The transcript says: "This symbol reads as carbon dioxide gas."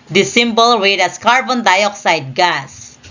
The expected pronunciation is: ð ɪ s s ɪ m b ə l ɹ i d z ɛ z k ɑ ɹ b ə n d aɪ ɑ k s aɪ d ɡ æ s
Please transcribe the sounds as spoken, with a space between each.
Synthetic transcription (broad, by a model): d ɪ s s ɪ m b ə l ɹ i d ʌ s k ɑ ɹ b ə n d aɪ ɑ k s aɪ d ɡ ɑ s